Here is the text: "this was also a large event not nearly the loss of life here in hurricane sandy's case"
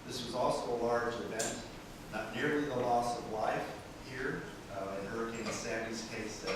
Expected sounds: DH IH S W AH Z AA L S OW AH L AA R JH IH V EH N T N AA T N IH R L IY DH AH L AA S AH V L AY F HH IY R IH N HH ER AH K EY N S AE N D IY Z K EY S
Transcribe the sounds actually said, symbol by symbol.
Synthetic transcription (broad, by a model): DH IH S W AH Z AA L S OW AH L AA R JH IH V EH N T N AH T N IH R L IY DH AH L AA S AH V L AY F HH IY R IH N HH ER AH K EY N S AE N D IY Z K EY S